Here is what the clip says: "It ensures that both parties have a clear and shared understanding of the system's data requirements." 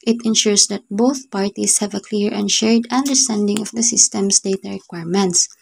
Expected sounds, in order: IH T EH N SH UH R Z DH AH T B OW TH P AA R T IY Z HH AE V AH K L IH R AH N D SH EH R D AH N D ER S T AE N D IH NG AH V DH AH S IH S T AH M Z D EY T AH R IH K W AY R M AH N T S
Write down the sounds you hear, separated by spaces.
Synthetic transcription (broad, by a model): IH T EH N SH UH R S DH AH T B OW TH P AA R T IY S HH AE V AH K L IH R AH N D SH EH R D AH N D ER S T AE N D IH NG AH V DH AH S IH S T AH M S D EY T AH R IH K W AY R M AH N T S